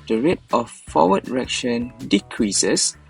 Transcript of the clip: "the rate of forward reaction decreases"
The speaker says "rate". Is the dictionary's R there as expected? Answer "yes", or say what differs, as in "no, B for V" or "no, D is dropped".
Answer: yes